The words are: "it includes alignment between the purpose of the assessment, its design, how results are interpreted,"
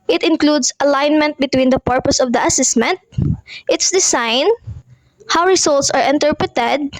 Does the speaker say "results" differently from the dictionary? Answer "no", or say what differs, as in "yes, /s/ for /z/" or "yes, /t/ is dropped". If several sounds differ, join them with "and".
yes, /s/ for /z/